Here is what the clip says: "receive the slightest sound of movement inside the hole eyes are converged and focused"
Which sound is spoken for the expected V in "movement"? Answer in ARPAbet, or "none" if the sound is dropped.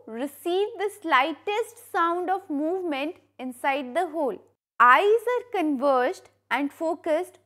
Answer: V